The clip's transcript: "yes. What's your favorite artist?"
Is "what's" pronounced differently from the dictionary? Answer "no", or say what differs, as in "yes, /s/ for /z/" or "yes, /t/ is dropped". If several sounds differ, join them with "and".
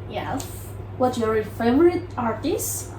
yes, /s/ is dropped